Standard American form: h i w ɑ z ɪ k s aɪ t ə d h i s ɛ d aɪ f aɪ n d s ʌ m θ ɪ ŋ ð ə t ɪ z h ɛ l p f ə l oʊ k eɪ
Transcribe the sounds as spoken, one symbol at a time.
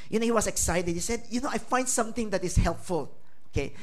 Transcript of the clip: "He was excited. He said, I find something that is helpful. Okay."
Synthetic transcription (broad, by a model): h i w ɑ s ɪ k s aɪ t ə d h i s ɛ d aɪ f aɪ n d s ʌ m t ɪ ŋ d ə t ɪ s h ɛ l p f ə l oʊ k eɪ